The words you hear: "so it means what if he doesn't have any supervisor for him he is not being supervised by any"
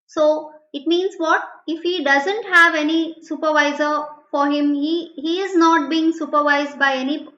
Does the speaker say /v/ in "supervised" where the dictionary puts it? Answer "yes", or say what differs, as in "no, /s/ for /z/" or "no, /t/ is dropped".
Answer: yes